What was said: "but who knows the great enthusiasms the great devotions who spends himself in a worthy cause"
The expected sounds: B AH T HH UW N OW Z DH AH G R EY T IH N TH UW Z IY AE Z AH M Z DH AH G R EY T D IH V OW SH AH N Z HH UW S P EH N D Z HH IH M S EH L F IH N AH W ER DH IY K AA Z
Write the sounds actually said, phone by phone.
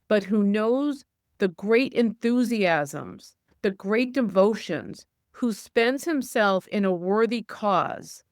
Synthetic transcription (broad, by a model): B AH T HH UW N OW Z DH AH G R EY T IH N TH UW Z IY AE Z AH M Z DH AH G R EY T D IH V OW SH AH N Z HH UW S P EH N D Z HH IH M S EH L F IH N AH W ER DH IY K AA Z